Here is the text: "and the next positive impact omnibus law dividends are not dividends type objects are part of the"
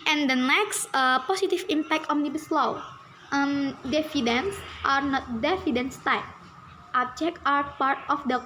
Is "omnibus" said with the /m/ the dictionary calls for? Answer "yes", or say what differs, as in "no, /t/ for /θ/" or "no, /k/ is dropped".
no, /m/ is dropped